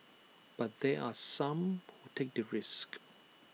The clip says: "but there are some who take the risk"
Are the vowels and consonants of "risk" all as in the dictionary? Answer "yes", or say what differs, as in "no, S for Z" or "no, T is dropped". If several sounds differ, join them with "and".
yes